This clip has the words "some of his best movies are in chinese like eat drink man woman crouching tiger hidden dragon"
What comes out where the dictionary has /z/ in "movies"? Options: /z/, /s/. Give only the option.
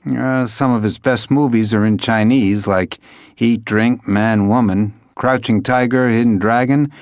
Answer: /z/